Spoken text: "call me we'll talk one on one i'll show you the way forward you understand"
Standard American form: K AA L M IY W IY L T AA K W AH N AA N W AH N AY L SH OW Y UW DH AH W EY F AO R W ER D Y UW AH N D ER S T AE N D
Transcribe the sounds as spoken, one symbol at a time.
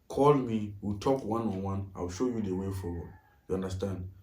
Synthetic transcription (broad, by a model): K AA L M IY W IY T AA K W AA N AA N W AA N AY W SH OW Y UW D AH W EY F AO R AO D Y UW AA N D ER S T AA N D